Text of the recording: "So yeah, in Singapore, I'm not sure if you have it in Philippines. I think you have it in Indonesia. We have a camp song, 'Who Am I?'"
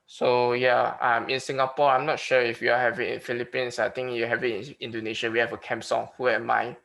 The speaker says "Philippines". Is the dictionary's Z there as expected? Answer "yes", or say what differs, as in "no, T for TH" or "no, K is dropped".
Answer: no, S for Z